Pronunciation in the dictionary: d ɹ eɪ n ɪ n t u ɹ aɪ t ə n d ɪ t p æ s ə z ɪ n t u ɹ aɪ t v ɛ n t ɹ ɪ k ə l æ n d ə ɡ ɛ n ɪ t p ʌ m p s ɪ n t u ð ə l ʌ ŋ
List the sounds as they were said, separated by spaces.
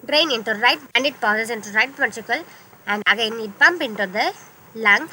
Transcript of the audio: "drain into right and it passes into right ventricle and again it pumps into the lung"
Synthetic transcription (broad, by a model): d ɹ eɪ n ɪ n t u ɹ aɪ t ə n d ɪ t p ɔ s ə s ɪ n t u ɹ aɪ t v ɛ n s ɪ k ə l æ n d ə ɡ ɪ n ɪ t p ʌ m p ɪ n t u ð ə l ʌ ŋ